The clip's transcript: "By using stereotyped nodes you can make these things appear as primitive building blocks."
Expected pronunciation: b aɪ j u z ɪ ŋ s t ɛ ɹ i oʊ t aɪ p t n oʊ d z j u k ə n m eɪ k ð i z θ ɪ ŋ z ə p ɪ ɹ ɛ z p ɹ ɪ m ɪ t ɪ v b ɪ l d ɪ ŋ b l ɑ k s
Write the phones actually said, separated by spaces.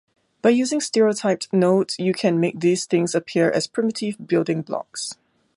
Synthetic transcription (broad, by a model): b aɪ j u z ɪ ŋ s t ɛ ɹ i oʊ t aɪ p n oʊ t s j u k ə n m eɪ k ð i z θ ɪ ŋ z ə p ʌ ɹ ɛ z p ɹ ɪ m ɪ t ɪ v b ɪ l d ɪ ŋ b l ɑ k s